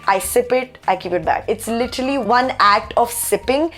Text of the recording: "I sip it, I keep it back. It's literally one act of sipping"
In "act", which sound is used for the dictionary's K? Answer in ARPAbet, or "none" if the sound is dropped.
K